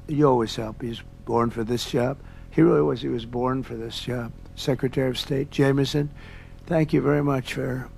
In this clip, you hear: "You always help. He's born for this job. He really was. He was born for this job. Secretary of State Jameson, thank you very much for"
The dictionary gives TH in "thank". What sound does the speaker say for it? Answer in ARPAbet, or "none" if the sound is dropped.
TH